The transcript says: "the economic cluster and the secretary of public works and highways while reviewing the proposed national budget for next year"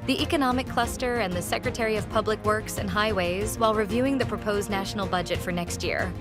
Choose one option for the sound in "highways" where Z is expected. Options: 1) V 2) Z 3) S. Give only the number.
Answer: 2